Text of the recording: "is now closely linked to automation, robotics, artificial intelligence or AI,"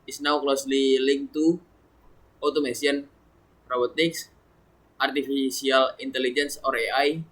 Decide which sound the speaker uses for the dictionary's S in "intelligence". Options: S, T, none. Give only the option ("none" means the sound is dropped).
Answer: S